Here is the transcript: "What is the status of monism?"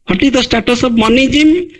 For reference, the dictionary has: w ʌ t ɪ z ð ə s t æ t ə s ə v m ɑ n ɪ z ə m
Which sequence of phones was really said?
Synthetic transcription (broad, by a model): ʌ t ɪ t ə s t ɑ t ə s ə b m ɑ n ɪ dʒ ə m